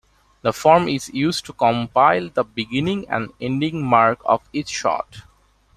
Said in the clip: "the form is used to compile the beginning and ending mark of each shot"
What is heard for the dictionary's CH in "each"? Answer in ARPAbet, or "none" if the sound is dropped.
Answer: S